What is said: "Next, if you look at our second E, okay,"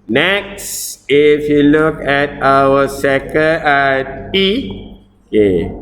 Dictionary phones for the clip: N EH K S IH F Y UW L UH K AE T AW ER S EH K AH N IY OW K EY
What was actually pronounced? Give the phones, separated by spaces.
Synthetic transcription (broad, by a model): N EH K S IH F Y UW L UH K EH T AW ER S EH K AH AA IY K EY